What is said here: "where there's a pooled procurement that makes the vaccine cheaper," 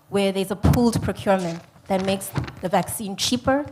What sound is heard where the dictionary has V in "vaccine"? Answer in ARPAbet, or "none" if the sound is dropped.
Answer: V